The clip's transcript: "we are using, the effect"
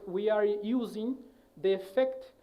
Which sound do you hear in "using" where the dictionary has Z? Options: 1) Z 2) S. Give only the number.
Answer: 1